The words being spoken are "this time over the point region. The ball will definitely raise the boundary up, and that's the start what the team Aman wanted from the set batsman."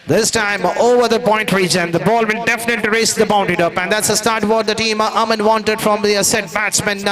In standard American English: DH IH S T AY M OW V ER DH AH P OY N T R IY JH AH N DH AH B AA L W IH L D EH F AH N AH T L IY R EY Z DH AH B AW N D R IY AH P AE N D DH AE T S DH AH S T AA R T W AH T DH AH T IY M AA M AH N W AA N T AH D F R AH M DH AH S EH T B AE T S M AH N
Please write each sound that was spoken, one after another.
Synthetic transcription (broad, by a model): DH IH S T AY M OW V ER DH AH P OY N T R IY JH AH N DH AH B AA L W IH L D EH F AH N AH T L IY R EY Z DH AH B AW N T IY AH P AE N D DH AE T S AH S T AA R T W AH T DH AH T IY M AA M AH N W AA N T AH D F R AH M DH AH S EH T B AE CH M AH N